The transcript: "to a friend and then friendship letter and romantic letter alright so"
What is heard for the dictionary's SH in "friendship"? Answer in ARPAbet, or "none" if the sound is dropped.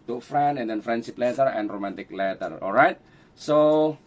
S